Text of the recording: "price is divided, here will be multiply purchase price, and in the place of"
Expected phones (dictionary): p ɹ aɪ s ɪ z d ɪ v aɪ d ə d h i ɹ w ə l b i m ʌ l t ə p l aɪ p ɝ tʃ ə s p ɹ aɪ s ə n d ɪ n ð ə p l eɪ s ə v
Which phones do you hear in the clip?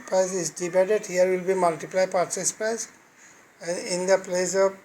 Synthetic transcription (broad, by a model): p ɹ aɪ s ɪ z d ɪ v aɪ d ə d h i ɹ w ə l b i m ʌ l t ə p l aɪ p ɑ s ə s p ɹ aɪ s ə n d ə p l eɪ s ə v